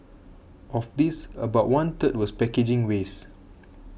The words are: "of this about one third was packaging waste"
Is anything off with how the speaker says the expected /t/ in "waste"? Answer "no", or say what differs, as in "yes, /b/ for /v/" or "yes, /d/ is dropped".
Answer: yes, /t/ is dropped